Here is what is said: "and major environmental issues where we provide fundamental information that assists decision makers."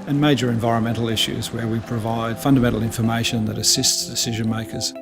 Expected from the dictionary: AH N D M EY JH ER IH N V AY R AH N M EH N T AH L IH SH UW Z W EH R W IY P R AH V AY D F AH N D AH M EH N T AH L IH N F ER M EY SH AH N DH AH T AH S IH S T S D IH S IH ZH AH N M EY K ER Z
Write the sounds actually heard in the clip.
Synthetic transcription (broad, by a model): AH N M EY JH ER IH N V AY R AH N M EH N T L IH SH UW Z W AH R W IY P R AH V AY D F AH N D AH M EH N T L IH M F ER M EY SH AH N DH AH T AH S IH S T S D IH S IH ZH AH N M EY K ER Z